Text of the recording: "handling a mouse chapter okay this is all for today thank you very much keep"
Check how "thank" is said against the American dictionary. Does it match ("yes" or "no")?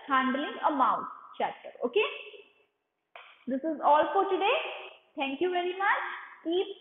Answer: no